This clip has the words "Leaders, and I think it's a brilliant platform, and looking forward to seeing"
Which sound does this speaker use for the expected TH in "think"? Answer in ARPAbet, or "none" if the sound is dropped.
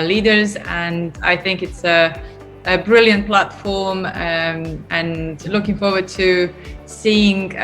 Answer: TH